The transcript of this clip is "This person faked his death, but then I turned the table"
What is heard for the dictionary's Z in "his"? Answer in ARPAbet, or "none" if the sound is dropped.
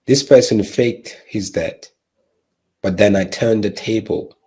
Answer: Z